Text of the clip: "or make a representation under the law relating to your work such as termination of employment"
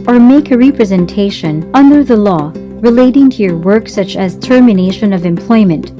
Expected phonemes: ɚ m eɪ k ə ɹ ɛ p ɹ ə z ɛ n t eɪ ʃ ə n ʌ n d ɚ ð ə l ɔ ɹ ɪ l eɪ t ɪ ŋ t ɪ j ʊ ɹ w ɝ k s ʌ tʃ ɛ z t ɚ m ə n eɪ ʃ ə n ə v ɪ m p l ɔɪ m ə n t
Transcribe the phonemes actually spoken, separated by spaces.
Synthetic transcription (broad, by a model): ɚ m eɪ k ə ɹ ɛ p ɹ ə z ɛ n t eɪ ʃ ə n ʌ n d ɚ ð ə l ɔ ɹ ɪ l eɪ t ɪ ŋ t ɪ j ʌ ɹ w ɝ k s ʌ tʃ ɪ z t ɚ m ə n eɪ ʃ ə n ə v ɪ m p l ɔɪ m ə n t